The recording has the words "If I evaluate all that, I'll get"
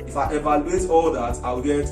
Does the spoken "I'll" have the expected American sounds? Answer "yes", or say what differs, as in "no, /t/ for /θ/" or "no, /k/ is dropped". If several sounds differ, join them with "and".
no, /w/ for /l/